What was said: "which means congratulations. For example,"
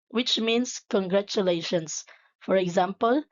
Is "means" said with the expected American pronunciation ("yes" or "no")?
no